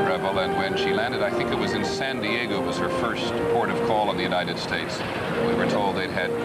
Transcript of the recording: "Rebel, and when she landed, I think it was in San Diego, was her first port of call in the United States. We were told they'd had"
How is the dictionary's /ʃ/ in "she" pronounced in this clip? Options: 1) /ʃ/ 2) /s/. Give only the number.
1